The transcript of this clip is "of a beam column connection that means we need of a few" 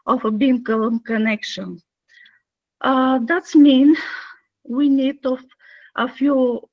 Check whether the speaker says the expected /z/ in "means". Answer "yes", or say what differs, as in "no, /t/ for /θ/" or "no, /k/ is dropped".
no, /z/ is dropped